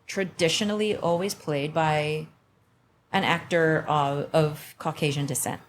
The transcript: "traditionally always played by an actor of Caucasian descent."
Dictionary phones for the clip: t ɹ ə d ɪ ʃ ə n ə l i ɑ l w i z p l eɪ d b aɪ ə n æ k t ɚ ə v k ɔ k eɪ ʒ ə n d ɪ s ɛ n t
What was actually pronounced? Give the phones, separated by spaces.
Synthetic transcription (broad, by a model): t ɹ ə d ɪ ʃ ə n l i ɑ l w i z p l eɪ d b aɪ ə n æ k t ɚ ə v k ɔ k eɪ ʒ ə n d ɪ s ɛ n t